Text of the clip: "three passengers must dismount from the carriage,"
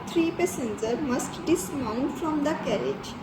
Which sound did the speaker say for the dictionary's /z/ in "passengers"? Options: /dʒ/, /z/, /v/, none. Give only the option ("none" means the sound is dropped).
none